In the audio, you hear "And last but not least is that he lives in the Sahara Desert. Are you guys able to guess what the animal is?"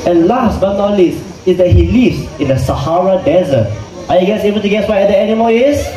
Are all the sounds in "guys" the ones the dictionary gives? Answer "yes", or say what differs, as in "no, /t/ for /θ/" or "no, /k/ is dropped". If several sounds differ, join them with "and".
no, /s/ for /z/